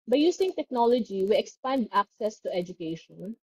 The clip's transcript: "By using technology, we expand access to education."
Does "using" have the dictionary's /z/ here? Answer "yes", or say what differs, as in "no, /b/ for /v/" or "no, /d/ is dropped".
no, /s/ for /z/